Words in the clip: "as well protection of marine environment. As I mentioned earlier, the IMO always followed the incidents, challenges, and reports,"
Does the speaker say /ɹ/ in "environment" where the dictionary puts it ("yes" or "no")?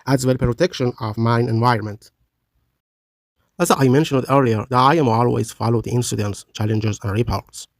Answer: yes